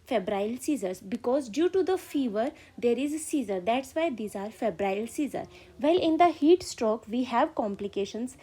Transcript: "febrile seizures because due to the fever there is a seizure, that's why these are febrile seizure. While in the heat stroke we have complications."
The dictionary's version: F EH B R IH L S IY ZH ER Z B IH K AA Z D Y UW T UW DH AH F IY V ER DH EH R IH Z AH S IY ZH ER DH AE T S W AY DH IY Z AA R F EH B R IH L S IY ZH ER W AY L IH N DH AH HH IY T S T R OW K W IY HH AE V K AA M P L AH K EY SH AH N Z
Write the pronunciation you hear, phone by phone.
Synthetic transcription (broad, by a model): F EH B R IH L S IY Z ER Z B IH K AA Z D Y UW T UW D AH F IY V ER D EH R IH Z S IY Z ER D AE T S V AY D IY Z AA R F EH B R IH L S IY Z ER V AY L IH N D AH HH IY T S T R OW K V IY HH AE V K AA M P L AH K EY SH AH N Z